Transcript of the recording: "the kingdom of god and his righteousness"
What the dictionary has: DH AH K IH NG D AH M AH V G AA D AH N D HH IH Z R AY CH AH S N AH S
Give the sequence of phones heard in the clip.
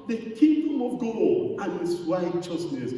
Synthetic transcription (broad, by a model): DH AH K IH D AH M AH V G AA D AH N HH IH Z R AY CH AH S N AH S